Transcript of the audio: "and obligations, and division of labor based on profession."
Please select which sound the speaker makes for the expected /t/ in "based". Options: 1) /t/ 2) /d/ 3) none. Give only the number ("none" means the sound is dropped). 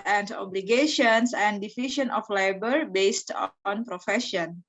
1